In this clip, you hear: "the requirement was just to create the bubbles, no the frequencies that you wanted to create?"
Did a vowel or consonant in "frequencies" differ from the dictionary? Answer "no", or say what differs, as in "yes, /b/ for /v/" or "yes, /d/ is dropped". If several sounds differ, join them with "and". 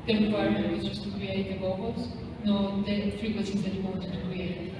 yes, /n/ is dropped